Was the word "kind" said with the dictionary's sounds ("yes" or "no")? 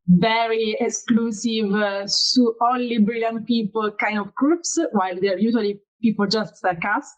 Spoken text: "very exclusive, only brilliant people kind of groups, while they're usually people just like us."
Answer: yes